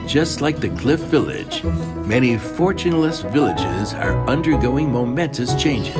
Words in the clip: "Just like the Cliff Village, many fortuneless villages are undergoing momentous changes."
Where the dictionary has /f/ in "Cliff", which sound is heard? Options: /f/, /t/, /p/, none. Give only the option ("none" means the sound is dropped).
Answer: /f/